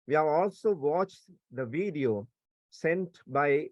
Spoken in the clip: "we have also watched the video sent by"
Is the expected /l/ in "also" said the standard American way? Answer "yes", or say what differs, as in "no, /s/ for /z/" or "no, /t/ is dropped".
yes